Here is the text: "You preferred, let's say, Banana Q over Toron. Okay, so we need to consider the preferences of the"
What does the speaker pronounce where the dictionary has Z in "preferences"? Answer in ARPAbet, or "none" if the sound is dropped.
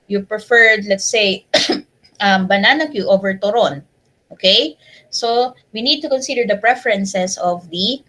S